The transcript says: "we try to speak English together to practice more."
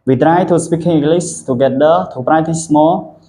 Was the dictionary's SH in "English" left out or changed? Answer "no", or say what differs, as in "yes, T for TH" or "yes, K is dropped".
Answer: yes, S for SH